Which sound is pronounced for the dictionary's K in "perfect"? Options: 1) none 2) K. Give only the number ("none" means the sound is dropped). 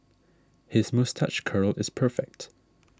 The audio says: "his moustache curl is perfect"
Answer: 2